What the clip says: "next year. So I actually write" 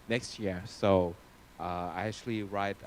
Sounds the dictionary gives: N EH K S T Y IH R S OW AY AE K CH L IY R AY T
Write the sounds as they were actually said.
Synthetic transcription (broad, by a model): N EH K S T Y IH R S OW AY AE K CH L IY R AY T